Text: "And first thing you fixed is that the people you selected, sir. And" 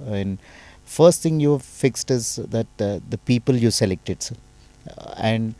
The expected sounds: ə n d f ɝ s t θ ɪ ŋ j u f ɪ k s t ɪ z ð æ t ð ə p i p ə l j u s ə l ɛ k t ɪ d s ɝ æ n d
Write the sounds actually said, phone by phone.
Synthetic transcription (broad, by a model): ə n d f ɝ s t t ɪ ŋ j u f ɪ k s t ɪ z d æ t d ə p i p ə l j u s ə l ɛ k t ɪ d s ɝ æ n d